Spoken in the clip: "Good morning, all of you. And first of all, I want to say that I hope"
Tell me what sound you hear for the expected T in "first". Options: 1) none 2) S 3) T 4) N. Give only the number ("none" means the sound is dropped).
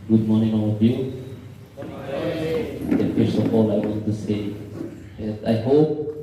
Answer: 1